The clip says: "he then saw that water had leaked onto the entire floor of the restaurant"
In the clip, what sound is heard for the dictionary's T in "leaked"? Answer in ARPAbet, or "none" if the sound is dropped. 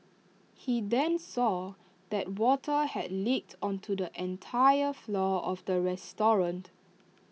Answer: T